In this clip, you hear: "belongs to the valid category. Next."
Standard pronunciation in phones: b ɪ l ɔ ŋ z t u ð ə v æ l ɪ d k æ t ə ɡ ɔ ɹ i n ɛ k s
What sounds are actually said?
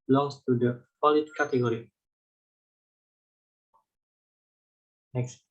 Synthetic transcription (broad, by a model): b l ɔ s t u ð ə f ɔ l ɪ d k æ t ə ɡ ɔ ɹ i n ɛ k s